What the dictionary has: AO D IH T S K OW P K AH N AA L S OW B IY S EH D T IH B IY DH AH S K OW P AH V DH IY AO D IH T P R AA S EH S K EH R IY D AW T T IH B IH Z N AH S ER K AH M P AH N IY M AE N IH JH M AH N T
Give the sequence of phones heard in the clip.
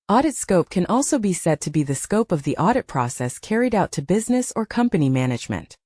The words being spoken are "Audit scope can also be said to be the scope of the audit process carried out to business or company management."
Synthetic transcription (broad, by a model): AO D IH T S K OW P K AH N AA L S OW B IY S EH D T IH B IY DH AH S K OW P AH V DH IY AO D IH T P R AA S EH S K EH R IY D AW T T IH B IH Z N AH S ER K AH M P AH N IY M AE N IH JH M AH N T